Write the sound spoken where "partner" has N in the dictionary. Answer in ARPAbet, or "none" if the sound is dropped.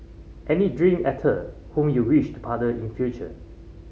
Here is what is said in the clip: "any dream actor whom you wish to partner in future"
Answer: none